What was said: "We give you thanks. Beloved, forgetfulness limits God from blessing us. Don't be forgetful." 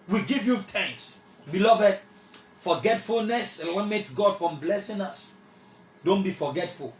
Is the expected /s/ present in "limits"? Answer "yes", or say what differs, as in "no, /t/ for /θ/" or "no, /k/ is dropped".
no, /s/ is dropped